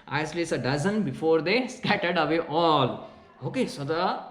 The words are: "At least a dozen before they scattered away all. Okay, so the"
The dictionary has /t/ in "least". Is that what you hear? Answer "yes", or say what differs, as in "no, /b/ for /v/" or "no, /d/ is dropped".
no, /t/ is dropped